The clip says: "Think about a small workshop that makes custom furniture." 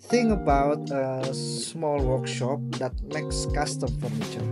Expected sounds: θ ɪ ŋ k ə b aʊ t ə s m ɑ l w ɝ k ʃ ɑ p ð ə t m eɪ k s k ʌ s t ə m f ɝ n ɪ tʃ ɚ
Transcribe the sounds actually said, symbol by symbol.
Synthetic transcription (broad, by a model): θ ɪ ŋ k ə b aʊ t ə s m ɑ l w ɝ k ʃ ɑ p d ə t m eɪ k s k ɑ s t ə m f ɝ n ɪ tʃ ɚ